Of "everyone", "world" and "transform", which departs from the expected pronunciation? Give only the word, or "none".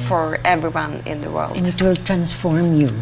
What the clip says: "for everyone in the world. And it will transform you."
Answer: world